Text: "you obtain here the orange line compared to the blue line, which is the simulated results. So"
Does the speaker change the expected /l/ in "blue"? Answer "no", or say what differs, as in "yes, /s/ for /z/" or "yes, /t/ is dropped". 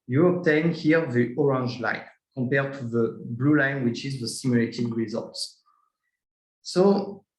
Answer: no